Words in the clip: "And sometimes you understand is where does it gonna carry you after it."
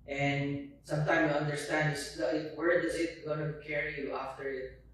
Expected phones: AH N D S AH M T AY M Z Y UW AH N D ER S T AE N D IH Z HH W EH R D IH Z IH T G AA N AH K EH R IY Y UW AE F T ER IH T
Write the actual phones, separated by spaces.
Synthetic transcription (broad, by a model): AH N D S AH M T AY M Y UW AH N D ER S T AE N D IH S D W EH R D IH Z IH T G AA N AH K EH R IY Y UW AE F T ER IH T